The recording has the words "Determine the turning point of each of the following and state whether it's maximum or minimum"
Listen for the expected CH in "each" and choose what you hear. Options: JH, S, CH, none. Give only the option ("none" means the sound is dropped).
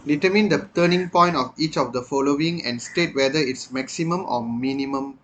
CH